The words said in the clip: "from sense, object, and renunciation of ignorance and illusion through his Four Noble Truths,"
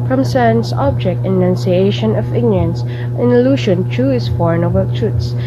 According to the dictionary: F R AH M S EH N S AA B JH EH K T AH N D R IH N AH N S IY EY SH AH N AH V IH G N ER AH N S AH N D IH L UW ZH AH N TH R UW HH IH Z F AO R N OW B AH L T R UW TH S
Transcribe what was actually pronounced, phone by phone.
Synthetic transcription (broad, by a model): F R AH M S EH N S AA B JH EH K T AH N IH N N S IY EY SH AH N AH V IH G N ER AH N S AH N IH L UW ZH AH N T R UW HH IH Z F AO R N OW B AH L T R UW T S